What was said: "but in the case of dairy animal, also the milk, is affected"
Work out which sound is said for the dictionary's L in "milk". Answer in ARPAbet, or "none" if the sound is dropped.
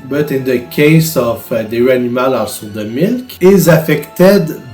L